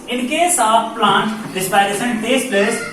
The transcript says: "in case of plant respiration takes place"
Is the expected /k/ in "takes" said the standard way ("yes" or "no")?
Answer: no